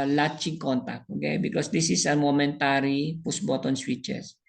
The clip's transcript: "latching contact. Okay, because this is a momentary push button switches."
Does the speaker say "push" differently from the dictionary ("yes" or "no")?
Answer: yes